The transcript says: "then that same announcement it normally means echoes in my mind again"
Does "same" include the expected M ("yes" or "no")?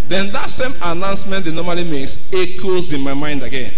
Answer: yes